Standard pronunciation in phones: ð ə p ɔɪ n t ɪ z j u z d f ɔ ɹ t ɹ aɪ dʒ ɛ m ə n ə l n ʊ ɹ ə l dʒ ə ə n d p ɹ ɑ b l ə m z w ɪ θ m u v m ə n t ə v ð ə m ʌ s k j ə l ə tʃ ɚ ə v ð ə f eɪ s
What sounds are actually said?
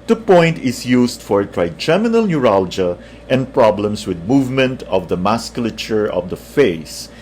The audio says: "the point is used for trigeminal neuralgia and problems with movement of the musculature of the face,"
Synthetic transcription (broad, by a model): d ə p ɔɪ n t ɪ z j u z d f ɔ ɹ t ɹ aɪ dʒ ɛ m ə n ə l n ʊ ɹ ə l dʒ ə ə n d p ɹ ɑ b l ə m s w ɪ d m u v m ə n t ə v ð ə m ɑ s k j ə l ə tʃ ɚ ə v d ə f eɪ s